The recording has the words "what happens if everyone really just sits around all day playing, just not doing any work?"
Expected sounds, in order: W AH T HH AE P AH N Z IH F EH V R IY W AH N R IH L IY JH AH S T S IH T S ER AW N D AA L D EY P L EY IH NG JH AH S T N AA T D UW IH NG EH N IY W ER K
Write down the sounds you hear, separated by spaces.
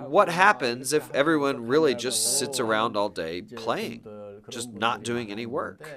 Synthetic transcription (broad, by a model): W AH T HH AE P AH N Z IH F EH V R IY W AH N R IH L IY JH AH S T S IH T S ER AW N D AA L D EY P L EY IH NG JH AH S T N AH T D UW IH NG EH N IY W ER K